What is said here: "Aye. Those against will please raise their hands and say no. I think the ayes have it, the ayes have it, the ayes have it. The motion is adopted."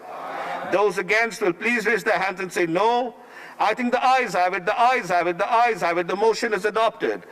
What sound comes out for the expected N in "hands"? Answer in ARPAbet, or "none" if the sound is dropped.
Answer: N